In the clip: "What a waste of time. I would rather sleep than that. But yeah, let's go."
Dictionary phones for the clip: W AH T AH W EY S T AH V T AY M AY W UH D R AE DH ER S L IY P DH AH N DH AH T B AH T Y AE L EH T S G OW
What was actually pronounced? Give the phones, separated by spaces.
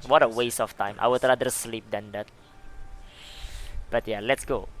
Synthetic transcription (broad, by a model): W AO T AH W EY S AH F T AY M AY W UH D R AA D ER S L IY P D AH N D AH T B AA T Y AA L EH T S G OW